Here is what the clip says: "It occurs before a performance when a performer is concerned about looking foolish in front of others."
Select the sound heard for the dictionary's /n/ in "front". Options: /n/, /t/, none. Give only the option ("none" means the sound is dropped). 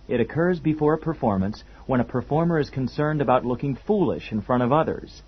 none